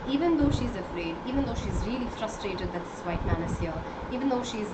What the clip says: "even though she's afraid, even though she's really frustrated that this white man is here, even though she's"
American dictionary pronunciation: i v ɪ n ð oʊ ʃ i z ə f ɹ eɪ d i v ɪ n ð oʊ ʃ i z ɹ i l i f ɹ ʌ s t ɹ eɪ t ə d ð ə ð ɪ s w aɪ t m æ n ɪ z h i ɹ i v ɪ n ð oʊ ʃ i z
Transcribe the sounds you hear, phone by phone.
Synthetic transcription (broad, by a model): i v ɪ n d oʊ ʃ i z ə f ɹ eɪ d i v ɪ n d oʊ ʃ i z ɹ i l i f ɹ ʌ s t ɹ eɪ t ə d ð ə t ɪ s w aɪ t m æ n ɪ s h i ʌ i v ɪ n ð oʊ ʃ i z